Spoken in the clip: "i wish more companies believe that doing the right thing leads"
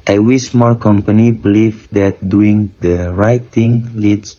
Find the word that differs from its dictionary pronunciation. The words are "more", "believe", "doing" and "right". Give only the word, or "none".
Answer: more